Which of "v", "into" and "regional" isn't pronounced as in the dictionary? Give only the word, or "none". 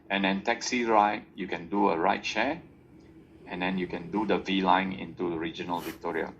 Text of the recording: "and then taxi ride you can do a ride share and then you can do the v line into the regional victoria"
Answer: none